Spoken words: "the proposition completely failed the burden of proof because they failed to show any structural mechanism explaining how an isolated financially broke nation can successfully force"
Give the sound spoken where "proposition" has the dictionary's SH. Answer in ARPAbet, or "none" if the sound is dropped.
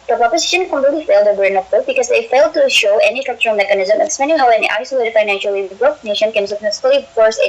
SH